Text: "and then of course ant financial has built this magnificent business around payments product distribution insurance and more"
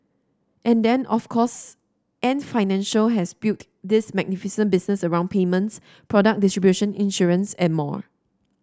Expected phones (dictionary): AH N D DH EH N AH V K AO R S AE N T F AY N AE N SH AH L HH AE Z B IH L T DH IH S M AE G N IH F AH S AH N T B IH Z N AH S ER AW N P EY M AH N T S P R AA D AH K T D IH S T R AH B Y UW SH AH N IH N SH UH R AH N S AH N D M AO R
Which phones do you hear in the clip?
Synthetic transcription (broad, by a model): AH N D EH N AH F K AO S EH N F AY N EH N SH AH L HH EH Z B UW T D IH S M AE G N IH F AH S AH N B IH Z N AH S ER AW N P EY M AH N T S P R AA D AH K D IH S T R AH B Y UW SH AH N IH N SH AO R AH N S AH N M AO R